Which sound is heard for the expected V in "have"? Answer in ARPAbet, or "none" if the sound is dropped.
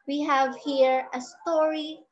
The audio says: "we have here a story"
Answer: V